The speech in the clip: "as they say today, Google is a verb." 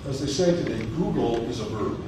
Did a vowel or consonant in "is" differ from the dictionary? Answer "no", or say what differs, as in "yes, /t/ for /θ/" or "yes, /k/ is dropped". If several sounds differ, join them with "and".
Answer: no